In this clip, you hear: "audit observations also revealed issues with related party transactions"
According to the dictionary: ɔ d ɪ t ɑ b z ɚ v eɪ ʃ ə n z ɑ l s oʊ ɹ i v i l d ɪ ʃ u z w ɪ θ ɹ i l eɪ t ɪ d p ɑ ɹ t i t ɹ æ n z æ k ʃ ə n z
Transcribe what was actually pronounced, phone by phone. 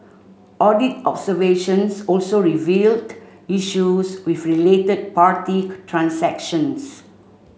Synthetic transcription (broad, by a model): ɔ d ɪ t ɑ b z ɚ v eɪ ʃ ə n s ɑ l s oʊ ɹ i v i l d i ʃ u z w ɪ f ɹ i l eɪ t ɪ d p ɑ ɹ t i t ɹ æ n s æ k ʃ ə n s